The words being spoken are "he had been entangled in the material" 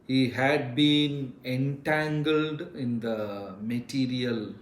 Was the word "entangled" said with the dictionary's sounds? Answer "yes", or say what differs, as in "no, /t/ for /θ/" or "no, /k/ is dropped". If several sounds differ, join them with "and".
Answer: yes